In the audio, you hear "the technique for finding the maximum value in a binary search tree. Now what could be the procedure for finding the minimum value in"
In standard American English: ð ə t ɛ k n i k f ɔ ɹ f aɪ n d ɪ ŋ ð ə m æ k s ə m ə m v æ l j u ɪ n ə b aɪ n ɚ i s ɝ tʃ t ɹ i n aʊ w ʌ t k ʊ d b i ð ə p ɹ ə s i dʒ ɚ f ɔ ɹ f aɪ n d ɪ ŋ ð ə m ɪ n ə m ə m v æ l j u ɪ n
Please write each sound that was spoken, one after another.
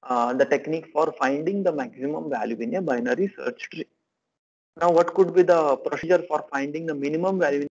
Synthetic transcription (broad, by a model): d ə t ɛ k n i k f ɔ ɹ f aɪ n d ɪ ŋ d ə m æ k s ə m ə m v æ l j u ɪ n ə b aɪ n ɚ i s ɝ tʃ t ɹ i n aʊ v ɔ t k ʊ d b i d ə p ɹ ə s i dʒ ɚ f ɔ ɹ f aɪ n d ɪ ŋ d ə m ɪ n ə m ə m v æ l j u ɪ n